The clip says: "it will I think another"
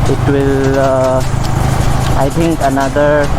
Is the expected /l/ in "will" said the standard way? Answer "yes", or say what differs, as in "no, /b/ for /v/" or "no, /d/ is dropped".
yes